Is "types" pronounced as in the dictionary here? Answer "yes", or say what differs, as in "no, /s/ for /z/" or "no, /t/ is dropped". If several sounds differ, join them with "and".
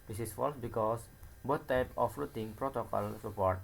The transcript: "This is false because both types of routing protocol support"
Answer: no, /s/ is dropped